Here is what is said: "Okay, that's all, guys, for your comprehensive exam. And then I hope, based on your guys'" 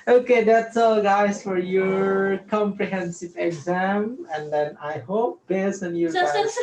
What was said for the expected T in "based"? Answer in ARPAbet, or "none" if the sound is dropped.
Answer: none